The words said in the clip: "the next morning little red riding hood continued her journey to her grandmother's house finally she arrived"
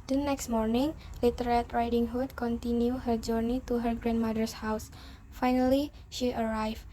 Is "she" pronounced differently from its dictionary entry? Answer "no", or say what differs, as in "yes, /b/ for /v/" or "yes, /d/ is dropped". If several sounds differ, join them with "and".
no